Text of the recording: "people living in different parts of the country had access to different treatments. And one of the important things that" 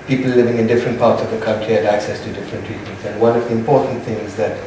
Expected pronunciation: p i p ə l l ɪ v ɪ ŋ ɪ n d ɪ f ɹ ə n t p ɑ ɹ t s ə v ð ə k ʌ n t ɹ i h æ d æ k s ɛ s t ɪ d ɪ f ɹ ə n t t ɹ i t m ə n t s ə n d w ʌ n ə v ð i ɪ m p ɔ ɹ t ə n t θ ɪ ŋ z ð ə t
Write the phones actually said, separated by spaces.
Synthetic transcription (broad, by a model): p i p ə l l ɪ v ɪ ŋ ɪ n d ɪ f ɹ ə n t p ɑ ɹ t s ə v ð ə k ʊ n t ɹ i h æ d æ k s ɛ s t ɪ d ɪ f ɹ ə n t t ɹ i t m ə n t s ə n w ʌ n ə v ð i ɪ m p ɔ ɹ t n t θ ɪ ŋ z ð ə t